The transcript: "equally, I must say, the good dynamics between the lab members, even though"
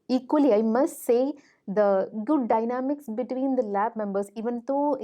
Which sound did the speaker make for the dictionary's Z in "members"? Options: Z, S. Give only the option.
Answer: S